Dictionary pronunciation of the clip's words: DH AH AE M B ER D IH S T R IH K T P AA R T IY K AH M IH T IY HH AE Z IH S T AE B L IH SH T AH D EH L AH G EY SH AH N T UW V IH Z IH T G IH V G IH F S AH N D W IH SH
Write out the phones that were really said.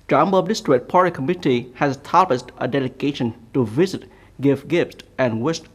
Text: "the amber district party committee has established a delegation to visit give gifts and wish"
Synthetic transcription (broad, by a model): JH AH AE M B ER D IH S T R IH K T P AA R T IY K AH M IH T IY HH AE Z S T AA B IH S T AH D EH L AH G EY SH AH N T UW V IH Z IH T G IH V G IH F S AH N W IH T